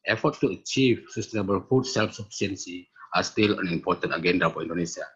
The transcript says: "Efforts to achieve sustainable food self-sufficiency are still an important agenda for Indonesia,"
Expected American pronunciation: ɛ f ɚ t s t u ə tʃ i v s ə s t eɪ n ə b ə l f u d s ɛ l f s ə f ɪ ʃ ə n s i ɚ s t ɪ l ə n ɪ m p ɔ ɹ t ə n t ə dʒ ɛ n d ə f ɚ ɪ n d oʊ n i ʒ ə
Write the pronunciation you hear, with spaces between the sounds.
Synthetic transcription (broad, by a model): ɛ f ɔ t t u ə tʃ i v s ə s t eɪ n ə b ə l f u d s ɛ l f s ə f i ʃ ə n s i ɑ s t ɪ l ə n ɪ m p ɔ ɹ t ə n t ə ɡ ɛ n d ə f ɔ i n d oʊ n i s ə